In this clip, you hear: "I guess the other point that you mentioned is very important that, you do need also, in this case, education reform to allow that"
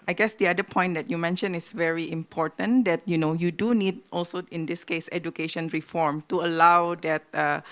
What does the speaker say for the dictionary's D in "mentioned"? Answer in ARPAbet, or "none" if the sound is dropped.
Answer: none